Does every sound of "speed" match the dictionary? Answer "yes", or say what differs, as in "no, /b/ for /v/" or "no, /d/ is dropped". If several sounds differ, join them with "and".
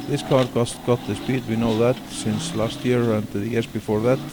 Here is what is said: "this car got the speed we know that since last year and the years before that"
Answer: yes